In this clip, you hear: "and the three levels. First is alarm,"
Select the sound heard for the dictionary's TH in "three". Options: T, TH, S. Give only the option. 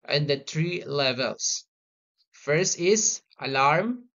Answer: T